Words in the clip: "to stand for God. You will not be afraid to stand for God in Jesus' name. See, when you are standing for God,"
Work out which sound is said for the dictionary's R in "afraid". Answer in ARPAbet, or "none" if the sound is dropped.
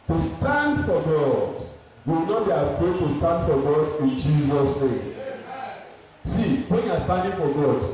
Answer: none